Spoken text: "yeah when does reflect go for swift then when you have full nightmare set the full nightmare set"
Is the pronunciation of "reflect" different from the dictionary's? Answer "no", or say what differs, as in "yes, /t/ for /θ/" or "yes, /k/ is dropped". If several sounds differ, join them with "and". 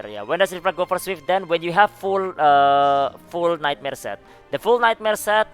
yes, /l/ is dropped